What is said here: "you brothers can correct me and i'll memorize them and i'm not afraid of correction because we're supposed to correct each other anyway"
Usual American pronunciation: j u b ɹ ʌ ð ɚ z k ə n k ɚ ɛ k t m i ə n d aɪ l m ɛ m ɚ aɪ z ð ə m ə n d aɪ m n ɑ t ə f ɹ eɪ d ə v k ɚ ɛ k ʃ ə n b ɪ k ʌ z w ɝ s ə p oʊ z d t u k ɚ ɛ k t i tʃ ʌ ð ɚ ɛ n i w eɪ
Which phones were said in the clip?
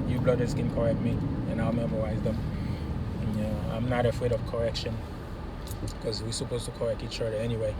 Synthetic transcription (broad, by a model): j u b l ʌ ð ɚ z k ə n k ɚ ɛ k t m i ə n aɪ l m ɛ m ɚ aɪ z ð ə m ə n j aɪ m n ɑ t ə f ɹ eɪ d ə v k ɚ ɛ k ʃ ə n k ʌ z w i s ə p oʊ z t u k ɚ ɛ k t i tʃ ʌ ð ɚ ɛ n i w eɪ